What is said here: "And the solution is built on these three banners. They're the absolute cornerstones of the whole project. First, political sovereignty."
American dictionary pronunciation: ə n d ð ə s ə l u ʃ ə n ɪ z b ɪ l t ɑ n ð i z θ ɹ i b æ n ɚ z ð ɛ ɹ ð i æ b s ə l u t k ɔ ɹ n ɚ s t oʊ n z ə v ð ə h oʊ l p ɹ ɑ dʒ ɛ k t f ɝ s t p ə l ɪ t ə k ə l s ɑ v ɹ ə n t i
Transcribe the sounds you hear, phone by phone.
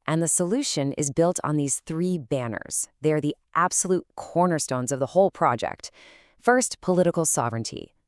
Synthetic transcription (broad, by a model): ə n ð ə s ə l u ʃ ə n ɪ z b ɪ l t n ð i z θ ɹ i b æ n ɚ z ð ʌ ɹ ð i æ b s ə l u t k ɔ ɹ n ɚ s t oʊ n z ə v ð ə h oʊ l p ɹ ɑ dʒ ɛ k t f ɝ s t p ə l ɪ t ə k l s ɑ v ɹ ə n t i